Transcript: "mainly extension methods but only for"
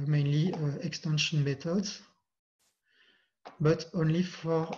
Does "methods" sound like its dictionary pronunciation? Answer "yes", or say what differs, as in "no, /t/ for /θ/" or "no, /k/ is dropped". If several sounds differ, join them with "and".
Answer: no, /t/ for /θ/